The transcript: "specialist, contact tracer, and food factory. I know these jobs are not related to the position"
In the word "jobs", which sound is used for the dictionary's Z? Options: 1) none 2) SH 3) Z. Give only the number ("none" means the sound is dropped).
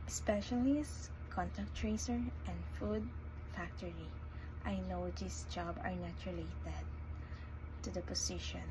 1